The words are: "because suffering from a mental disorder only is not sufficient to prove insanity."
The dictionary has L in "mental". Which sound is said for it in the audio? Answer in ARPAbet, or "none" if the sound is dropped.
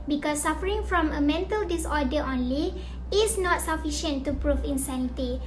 L